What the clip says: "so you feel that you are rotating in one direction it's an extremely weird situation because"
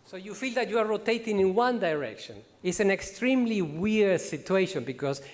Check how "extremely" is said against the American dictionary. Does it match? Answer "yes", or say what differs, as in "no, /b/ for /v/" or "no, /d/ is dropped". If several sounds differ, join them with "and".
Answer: yes